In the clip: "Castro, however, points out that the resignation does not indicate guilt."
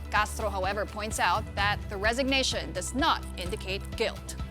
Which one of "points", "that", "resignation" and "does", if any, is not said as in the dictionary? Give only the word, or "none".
none